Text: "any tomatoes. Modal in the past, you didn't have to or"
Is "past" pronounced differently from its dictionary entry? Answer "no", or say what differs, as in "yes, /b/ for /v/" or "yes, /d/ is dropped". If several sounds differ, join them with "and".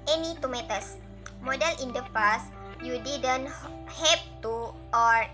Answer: yes, /f/ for /p/